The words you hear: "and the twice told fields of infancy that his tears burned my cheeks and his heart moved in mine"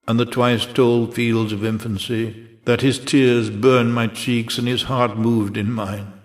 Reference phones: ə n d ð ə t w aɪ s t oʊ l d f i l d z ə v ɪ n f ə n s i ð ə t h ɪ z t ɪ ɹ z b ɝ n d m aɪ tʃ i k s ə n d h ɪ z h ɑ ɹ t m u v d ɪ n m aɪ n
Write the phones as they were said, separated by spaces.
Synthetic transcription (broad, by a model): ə n ð ə t w aɪ s t oʊ l d f i l d z ə v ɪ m f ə n s i ð ə t h ɪ z t ɪ ɹ z b ɝ n m aɪ tʃ i k s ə n ɪ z h ɑ ɹ t m u v d ɪ n m aɪ n